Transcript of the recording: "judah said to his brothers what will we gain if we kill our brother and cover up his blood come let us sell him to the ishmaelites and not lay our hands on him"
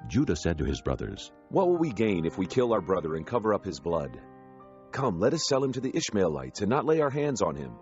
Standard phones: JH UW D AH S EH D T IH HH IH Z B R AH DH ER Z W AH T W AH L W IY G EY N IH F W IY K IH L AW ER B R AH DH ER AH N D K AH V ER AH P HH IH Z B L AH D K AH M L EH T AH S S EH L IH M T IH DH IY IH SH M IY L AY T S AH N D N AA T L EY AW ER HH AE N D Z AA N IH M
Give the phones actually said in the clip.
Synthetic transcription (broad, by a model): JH UW D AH S EH D T IH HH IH Z B R AH DH ER Z W AH T W AH L W IY G EY N IH F W IY K IH L AW ER B R AH DH ER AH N K AH V ER AH P HH IH Z B L AH D K AH M L EH T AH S S EH L IH M T IH DH IY IH SH M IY L AY T S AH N N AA T L EY AW ER HH AE N D Z N IH M